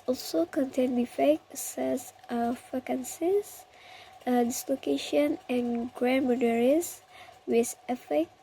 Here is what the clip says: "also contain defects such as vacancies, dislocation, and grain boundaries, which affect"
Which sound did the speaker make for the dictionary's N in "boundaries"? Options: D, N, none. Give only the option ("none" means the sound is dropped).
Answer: none